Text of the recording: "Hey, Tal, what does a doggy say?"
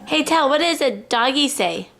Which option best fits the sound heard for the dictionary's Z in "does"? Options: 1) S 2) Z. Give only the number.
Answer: 2